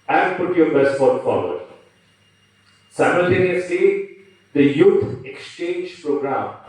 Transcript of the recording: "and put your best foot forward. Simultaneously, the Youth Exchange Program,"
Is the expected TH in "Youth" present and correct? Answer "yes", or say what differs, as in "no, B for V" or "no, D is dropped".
no, T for TH